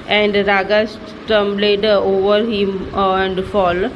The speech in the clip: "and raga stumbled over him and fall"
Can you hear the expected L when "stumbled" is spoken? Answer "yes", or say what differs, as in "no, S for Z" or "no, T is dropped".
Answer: no, L is dropped